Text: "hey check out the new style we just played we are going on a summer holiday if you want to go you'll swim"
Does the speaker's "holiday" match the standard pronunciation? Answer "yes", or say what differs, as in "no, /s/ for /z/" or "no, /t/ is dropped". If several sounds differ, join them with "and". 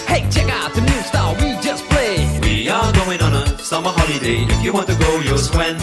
yes